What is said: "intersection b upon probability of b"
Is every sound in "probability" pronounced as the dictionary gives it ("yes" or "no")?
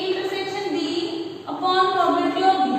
no